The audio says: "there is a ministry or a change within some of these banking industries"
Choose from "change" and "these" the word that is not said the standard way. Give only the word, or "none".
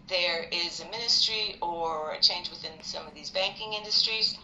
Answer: none